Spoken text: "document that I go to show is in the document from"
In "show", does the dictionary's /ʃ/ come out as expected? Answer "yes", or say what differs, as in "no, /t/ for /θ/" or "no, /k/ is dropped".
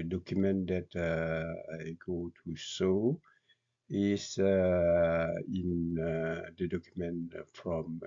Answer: no, /s/ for /ʃ/